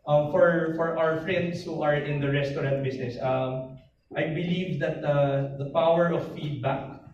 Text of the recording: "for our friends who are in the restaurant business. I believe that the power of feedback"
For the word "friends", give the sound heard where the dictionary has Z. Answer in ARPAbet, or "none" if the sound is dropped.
S